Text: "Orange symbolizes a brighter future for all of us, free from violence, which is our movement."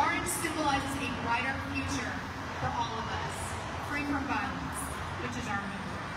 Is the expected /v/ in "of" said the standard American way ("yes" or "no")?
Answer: yes